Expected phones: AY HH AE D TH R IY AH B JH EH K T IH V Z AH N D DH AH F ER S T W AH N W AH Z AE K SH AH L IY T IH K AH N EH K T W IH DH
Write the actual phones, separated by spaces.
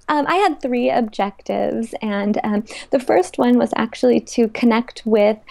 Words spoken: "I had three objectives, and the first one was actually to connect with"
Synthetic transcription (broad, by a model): AY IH D TH R IY AH B JH EH K T IH V Z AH N DH AH F ER S T W AH N W AH Z AE K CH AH L IY T IH K AH N EH K T W IH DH